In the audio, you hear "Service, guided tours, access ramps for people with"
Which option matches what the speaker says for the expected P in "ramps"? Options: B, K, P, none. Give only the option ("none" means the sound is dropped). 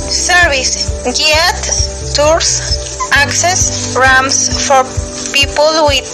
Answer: none